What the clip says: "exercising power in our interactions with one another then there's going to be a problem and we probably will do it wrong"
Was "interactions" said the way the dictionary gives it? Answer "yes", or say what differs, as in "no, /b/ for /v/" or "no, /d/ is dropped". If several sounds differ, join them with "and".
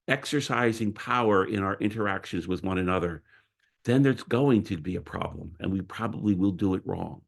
yes